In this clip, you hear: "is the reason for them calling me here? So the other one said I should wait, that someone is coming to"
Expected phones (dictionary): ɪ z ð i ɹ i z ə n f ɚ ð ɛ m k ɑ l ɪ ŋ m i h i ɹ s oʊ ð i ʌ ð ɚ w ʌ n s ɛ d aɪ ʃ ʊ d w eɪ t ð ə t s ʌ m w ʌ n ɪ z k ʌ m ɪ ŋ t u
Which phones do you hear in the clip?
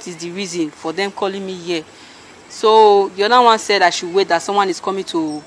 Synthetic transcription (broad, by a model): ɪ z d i ɹ i z ə n f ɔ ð ɛ m k ɑ l ɪ ŋ m i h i s oʊ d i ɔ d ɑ w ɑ n s ɛ d aɪ ʃ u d w eɪ t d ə t s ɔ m w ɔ n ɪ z k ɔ m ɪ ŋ t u